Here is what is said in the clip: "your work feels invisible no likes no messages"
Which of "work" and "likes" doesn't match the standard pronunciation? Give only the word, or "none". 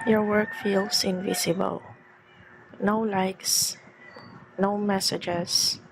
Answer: none